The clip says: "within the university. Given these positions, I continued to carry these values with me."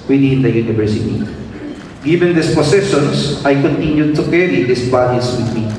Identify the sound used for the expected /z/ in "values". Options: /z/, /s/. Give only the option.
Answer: /s/